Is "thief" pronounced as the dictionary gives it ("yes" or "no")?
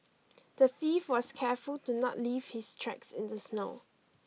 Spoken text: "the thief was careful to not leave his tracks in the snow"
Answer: no